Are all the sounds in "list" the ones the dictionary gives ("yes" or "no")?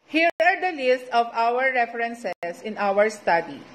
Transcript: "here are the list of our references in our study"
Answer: yes